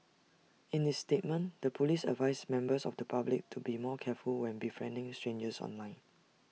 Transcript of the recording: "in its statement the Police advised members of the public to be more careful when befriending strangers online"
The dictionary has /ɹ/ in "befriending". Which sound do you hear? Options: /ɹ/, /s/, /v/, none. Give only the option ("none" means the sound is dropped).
/ɹ/